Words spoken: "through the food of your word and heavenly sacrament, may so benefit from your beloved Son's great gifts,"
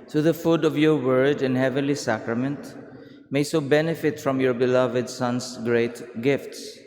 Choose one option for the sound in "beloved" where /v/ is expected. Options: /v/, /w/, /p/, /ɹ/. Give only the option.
/v/